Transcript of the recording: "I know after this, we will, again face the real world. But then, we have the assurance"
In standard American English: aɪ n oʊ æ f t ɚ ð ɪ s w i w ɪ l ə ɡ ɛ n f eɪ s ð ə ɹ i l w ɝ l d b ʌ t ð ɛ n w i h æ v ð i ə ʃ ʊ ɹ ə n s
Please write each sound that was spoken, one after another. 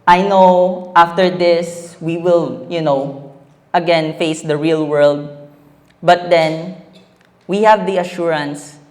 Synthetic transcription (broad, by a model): aɪ n oʊ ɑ f t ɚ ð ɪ s w i w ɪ l ə ɡ ɛ n f eɪ s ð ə ɹ i l w ɝ l d b ʌ t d ɛ n w i h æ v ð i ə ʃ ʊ ɹ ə n s